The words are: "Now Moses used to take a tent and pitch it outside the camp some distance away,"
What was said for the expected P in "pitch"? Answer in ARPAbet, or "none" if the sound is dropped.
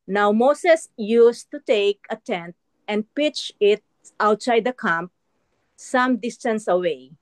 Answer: P